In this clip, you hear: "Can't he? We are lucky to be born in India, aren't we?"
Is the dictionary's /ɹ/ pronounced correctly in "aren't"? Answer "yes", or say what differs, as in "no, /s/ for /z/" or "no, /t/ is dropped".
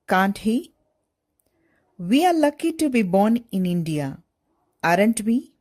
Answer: yes